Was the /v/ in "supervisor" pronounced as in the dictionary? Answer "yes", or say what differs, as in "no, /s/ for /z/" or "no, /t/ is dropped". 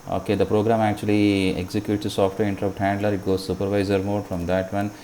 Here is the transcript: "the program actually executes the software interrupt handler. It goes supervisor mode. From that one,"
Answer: yes